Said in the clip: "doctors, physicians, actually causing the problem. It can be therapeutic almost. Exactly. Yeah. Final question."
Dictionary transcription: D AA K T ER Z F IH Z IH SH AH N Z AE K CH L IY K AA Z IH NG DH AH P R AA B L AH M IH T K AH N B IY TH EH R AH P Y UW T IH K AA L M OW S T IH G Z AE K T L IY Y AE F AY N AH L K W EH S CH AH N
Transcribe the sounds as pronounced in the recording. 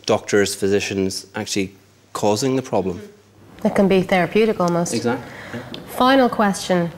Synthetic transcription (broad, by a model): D AA K T ER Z F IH Z IH SH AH N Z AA K CH L IY K AA Z IH NG DH AH P R AA B L AH M IH T K AH N B IY TH EH R AH P Y UW T IH K AA L M OW S T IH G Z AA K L F AY N AH L K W EH S CH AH N